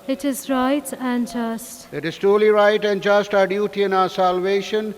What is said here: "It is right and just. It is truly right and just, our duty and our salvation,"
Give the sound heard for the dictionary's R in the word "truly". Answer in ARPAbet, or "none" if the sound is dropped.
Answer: none